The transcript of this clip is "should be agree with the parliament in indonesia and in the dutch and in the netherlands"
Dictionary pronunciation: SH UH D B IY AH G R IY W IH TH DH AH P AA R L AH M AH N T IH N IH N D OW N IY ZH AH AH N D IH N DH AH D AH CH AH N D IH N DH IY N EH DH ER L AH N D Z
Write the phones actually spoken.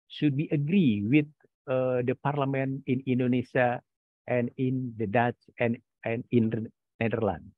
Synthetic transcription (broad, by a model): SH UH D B IY AH G R IY W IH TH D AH P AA R L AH M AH N IH N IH N D OW N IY S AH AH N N IH N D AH D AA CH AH N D IH N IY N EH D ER L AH N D